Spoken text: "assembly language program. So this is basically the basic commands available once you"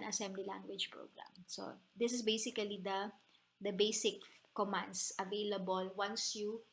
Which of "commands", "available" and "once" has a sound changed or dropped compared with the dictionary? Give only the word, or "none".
commands